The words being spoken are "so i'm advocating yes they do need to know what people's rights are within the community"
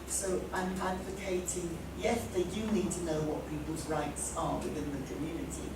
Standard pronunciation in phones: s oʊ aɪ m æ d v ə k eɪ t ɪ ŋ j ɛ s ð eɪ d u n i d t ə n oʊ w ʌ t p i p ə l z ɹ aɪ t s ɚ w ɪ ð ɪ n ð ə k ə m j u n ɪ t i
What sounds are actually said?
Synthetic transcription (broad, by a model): s oʊ aɪ m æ d v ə k eɪ t ɪ ŋ j ɛ s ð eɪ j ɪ n i d t ə n oʊ w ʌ t p i p ə l z ɹ aɪ t s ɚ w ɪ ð ɪ n ð ə k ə m j u n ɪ t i